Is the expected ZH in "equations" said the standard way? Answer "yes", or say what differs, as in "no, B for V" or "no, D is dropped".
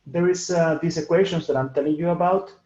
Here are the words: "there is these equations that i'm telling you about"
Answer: no, SH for ZH